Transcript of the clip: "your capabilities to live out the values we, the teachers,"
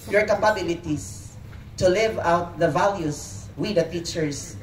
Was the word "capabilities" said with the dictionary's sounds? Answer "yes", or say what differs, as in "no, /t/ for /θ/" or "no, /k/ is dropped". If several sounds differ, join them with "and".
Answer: no, /s/ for /z/